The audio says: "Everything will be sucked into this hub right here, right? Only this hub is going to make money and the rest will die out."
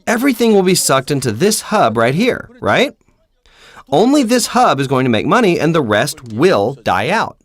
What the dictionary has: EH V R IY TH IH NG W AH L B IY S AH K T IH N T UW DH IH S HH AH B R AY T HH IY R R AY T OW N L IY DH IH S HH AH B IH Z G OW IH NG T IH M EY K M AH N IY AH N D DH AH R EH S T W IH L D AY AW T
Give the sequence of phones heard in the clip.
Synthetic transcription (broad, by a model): EH V R IY TH IH NG W AH L B IY S AH K T IH N T UW DH IH S HH AH B R AY T HH IY R R AY T OW N L IY DH IH S HH AH B IH Z G OW IH NG T IH M EY K M AH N IY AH N DH AH R EH S T W IH L D AY AW T